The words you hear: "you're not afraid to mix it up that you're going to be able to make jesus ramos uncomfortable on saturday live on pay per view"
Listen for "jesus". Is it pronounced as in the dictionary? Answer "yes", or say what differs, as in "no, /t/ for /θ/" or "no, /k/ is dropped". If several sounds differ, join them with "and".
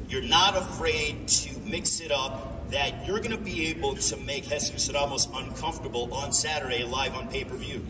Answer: no, /s/ is dropped